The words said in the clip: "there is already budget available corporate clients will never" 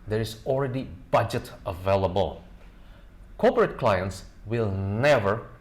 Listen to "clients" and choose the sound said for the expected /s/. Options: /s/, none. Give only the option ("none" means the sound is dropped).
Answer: /s/